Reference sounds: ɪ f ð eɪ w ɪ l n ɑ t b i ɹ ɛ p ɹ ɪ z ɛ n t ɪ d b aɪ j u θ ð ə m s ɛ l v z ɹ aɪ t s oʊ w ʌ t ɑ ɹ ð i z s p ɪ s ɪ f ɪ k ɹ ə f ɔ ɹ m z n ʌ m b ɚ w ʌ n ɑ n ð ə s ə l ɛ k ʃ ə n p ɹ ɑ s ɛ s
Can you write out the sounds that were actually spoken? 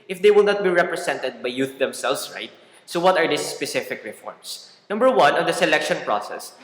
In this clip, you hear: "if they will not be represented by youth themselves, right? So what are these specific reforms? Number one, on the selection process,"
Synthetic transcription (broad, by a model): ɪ f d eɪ w ɪ l n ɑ t b i ɹ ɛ p ɹ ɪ s ɛ n t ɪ d b aɪ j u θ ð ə m s ɛ l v s ɹ aɪ t s oʊ w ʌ t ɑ ɹ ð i s p ɪ s ɪ f ɪ k ɹ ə f ɔ ɹ m s n ʌ m b ɚ w ʌ n ɑ n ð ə s ə l ɛ k ʃ ə n p ɹ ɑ s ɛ s